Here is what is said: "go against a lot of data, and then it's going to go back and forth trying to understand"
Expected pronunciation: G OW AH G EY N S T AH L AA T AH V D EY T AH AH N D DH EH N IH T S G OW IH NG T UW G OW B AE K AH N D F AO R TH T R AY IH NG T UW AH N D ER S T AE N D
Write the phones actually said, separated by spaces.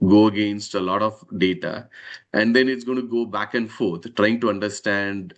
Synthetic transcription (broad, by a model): G OW AH G EY N S T AH L AA T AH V D EY T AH AH N D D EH N IH T S G OW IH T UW G OW B AE K AH N D F AO R T T R AY IH NG T UW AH N D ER S T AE N D